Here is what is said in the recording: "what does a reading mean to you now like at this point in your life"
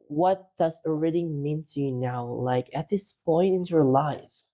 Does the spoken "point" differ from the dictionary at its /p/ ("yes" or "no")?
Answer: no